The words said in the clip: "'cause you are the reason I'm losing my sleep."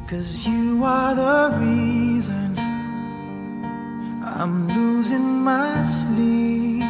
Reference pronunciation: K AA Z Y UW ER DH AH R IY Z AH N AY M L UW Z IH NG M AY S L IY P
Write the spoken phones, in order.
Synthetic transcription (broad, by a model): K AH Z Y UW ER DH AH R IY Z AH N AY M L UW Z IH NG M AY S L IY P